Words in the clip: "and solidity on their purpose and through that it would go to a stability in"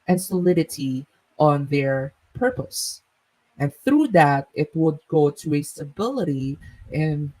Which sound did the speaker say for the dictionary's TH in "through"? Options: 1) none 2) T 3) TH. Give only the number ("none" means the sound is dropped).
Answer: 3